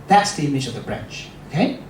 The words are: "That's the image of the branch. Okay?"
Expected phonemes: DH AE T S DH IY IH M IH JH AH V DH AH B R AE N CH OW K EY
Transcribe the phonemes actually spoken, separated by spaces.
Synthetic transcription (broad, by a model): DH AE T S DH IY IH M IH JH AH V DH AH B R AE N CH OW K EY